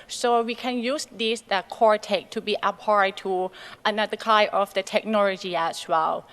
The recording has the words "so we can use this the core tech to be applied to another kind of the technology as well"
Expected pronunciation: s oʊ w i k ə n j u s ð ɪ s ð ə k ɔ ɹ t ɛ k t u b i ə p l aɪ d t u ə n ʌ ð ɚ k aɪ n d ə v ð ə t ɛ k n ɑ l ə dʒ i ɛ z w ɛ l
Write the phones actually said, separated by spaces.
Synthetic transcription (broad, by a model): s oʊ w i k ə n j u s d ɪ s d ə k ɔ ɹ t ɛ k t u b i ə p aɪ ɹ t u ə n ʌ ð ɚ k aɪ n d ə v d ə t ɛ k n ɑ l ə dʒ i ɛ s w ɛ l